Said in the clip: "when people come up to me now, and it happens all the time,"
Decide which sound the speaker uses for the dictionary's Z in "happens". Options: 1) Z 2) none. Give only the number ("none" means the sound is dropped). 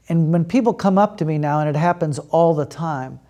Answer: 1